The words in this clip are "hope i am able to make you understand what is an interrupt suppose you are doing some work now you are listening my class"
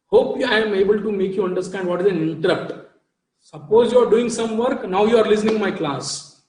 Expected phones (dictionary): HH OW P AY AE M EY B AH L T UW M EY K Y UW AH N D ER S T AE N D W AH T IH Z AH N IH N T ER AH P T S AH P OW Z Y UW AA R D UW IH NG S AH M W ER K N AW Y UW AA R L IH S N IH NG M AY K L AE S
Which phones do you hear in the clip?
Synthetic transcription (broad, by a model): HH OW P AY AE M EY B AH L T UW M EY K Y UW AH N D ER S T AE N D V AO T IH Z AH N IH N T ER AH P T S AH P OW Z Y UW AA R D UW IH NG S AH M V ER K N AW Y UW AA R L IH S N IH NG M AY K L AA S